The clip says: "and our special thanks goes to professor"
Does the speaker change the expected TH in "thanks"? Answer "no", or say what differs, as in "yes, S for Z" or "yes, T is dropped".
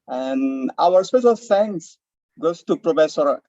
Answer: yes, F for TH